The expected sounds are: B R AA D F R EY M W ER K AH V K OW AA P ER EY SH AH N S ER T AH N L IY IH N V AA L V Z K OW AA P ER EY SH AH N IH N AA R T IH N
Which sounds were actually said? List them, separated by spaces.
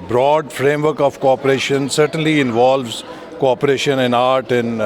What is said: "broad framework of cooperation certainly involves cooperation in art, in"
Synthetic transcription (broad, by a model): B R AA D F R EY M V ER K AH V K OW AA P ER EY SH AH N S ER T AH N L IY IH N V AA L V Z K OW AA P ER EY SH AH N IH N AA R T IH N